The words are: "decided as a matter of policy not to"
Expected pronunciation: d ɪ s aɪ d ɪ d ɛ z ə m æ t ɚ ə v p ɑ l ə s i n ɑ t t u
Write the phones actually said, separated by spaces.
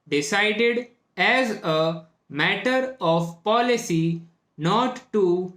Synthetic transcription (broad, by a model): d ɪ s aɪ d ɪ d ɛ z ə m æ t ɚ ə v p ɑ l ə s i n ɑ t t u